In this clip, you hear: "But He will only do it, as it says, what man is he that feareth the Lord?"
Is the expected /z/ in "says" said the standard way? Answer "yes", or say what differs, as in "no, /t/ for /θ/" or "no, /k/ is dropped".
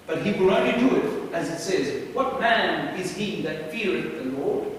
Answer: yes